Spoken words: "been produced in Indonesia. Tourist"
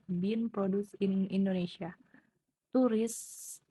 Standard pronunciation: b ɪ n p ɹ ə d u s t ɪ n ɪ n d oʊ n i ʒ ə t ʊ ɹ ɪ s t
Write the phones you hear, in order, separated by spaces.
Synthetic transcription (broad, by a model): b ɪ n p ɹ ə d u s ɪ n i n d oʊ n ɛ s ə t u ɹ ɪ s